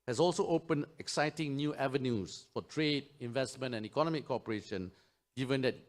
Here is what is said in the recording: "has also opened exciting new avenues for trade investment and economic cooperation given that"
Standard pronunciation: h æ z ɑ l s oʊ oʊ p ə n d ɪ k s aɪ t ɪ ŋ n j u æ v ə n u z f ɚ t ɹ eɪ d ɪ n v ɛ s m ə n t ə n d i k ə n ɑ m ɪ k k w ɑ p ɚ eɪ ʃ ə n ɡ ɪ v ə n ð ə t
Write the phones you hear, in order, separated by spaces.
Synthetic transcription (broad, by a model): h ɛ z ɑ l s oʊ oʊ p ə n ɪ k s aɪ t ɪ ŋ n j u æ v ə n u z f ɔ t ɹ eɪ d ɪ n v ɛ s m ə n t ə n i k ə n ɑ m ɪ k k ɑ p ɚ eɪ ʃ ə n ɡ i v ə n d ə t